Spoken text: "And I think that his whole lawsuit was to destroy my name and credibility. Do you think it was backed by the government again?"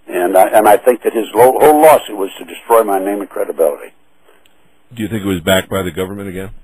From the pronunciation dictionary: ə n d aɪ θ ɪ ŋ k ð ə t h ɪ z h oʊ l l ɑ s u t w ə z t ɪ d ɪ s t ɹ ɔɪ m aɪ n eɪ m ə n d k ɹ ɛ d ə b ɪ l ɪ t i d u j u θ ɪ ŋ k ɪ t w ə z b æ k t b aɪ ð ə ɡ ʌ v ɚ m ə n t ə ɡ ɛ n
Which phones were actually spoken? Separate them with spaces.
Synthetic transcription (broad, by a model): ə n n aɪ θ ɪ ŋ k ð ə t h ɪ z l oʊ l l ɑ s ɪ t w ə z t ɪ d ɪ s t ɹ ɔɪ m aɪ n eɪ m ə k ɹ ɛ d ə b ɪ l ɪ t i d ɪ j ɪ θ ɪ ŋ k ɪ t w ə z b æ k b aɪ ð ə ɡ ʌ v ɚ m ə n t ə ɡ ɛ n